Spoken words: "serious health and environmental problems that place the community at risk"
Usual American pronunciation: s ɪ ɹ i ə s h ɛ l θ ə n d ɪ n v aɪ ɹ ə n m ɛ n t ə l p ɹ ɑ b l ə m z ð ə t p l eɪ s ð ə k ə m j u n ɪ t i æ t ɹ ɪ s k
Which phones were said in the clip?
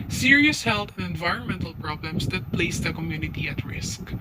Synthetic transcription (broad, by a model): s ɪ ɹ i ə s h ɛ l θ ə n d ɪ n v aɪ ɹ ə n m ɛ n t ə l p ɹ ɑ b l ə m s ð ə t p l eɪ s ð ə k ə m j u n ɪ t i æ t ɹ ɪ s k